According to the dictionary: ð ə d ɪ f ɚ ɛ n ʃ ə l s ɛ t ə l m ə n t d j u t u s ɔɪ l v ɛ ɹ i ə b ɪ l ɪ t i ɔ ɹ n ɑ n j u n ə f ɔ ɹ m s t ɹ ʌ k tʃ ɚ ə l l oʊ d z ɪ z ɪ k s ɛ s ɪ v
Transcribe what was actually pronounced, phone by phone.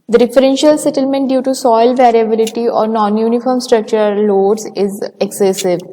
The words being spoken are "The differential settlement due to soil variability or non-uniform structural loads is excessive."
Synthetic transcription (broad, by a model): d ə d ɪ f ɚ ɛ n ʃ ə l s ɛ t ə l m ə n t d j u t u s ɔɪ l v ɛ ɹ i ə b ɪ l ɪ t i ɔ ɹ n ɑ n j u n ə f ɔ ɹ m s t ɹ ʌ k tʃ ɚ ə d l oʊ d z ɪ z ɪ k s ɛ s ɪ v